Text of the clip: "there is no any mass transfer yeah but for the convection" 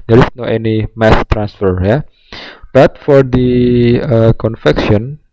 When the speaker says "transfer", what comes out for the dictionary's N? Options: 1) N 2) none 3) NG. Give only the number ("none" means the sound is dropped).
1